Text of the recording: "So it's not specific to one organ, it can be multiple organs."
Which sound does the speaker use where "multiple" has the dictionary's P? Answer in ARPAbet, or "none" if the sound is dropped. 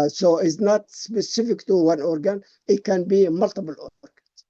B